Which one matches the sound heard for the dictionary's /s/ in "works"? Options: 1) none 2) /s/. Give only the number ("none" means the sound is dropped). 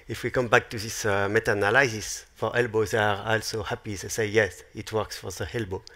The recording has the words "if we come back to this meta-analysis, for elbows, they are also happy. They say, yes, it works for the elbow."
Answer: 2